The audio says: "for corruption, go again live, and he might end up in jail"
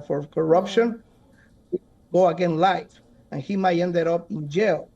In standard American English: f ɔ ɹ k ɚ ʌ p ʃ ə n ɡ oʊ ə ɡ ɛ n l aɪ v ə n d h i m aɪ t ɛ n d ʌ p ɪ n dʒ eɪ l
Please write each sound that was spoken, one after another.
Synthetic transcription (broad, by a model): f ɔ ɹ k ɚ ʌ p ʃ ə n ɡ oʊ ə ɡ ɛ n l aɪ f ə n h i m aɪ t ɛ n d ʌ p ɪ n dʒ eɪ l